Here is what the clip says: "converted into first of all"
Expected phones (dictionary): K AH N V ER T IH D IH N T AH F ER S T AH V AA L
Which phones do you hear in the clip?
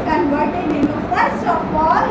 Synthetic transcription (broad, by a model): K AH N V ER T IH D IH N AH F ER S AH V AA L